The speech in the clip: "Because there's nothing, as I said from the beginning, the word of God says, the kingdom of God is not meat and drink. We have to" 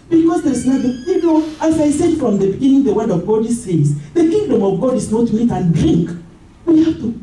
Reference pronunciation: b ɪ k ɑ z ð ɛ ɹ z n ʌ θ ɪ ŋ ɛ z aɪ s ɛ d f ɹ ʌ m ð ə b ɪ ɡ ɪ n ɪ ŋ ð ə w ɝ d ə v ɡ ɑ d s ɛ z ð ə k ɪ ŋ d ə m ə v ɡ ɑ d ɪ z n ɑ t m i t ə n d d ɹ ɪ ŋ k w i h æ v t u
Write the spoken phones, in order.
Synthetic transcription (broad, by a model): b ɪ k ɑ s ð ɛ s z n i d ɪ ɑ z aɪ s ɛ d f ɹ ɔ m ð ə b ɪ ɡ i n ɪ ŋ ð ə w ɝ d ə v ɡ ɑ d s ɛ s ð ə k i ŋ d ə m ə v ɡ ɑ d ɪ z n ɑ t m i t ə n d d ɹ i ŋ k w i h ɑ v t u